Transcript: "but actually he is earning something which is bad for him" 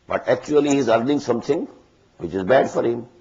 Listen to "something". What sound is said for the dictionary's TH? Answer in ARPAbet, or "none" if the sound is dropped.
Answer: T